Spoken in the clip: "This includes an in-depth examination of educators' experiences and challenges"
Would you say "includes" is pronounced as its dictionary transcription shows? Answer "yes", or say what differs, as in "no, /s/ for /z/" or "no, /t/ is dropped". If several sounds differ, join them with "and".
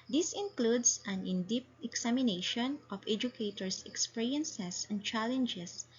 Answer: no, /s/ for /z/